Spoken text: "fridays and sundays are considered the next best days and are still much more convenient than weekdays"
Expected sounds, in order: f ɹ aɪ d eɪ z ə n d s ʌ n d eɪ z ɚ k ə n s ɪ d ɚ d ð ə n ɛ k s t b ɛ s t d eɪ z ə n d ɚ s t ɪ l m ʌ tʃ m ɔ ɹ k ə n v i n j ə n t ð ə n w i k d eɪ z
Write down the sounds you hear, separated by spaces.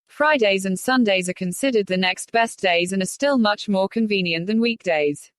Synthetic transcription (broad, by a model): f ɹ aɪ d eɪ z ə n s ʌ n d eɪ z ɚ k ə n s ɪ d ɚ d ð ə n ɛ k s t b ɛ s d eɪ z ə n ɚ s t ɪ l m ʌ tʃ m ɔ k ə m v i n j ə n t ð ə n w i k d eɪ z